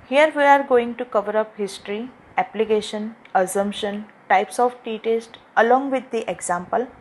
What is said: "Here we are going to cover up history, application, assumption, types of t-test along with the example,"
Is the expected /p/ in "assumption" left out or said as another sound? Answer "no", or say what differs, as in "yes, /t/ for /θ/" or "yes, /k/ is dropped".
no